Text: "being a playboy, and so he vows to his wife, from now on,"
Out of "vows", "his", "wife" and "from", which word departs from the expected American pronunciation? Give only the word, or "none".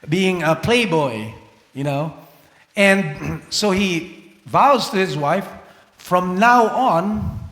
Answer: none